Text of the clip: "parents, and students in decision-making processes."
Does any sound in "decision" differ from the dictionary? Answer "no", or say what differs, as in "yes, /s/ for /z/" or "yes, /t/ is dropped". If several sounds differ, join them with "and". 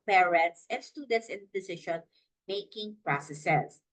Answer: yes, /ʃ/ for /ʒ/